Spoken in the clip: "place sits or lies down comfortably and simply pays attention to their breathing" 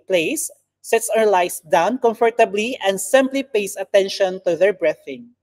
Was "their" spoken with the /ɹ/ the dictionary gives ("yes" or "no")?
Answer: yes